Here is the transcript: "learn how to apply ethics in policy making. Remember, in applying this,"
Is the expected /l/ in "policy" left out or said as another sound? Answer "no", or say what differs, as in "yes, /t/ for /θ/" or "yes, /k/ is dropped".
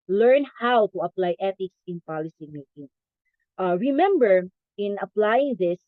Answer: no